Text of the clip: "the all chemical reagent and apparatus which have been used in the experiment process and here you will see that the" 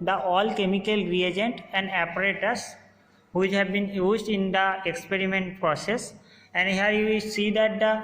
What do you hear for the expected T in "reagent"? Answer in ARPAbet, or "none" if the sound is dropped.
T